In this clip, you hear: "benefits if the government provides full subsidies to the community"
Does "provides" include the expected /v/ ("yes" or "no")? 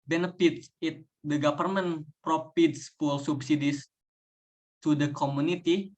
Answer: no